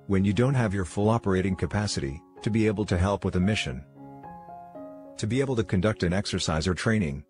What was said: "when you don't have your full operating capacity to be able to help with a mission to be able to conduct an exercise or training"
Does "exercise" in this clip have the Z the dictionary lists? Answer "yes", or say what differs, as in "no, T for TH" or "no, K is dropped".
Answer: yes